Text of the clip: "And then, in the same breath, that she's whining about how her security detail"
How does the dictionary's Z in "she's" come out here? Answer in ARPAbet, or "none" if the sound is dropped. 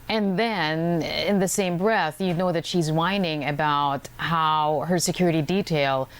Z